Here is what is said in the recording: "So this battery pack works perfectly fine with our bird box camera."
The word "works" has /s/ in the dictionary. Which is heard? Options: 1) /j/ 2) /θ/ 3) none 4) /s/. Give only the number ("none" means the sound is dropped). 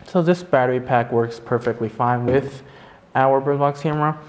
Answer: 4